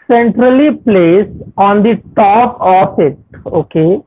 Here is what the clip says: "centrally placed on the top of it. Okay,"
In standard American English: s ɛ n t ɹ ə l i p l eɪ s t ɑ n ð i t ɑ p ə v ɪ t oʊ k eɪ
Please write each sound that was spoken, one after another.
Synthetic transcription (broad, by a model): s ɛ n t ɹ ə l i p l eɪ s ɑ n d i t ɑ p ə f ɪ t oʊ k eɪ